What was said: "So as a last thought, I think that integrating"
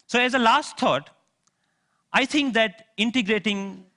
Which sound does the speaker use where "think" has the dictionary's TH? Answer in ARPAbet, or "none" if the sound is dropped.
T